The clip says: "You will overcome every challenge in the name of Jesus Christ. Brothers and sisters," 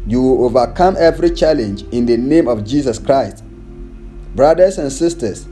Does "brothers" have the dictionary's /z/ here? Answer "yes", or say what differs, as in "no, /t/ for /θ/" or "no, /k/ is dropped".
no, /s/ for /z/